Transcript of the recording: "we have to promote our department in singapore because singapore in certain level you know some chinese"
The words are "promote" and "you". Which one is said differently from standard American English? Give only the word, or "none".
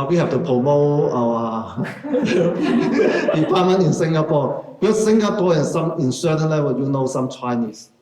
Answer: promote